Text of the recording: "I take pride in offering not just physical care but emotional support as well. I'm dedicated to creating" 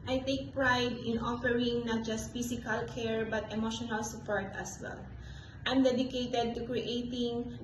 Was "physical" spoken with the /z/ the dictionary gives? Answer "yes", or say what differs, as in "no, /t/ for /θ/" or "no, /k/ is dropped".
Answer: no, /s/ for /z/